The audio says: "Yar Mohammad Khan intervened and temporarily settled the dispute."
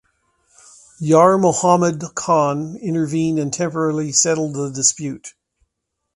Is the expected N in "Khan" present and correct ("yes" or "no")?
yes